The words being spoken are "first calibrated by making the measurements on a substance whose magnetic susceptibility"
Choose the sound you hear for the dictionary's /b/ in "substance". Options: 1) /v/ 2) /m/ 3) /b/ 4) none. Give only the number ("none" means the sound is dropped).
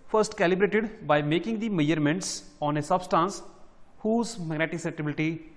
3